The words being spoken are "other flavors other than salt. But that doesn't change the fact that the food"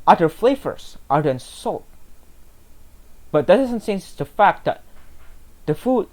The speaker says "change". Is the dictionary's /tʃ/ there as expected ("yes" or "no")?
no